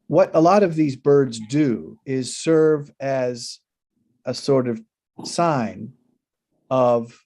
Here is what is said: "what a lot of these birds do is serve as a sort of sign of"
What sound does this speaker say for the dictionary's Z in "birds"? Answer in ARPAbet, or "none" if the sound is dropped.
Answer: Z